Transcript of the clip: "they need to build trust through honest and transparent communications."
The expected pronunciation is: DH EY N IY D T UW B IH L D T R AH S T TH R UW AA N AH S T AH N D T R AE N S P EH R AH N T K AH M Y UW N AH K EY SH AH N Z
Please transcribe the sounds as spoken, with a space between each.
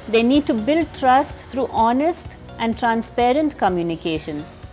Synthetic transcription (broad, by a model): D EY N IY D T UW B IH L D T R AH S T T R UW AA N AH S T AH N D T R AE N S P EH R AH N T K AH M Y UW N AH K EY SH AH N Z